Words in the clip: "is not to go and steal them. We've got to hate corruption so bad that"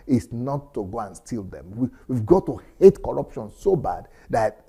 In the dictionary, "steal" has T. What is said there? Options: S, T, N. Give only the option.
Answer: T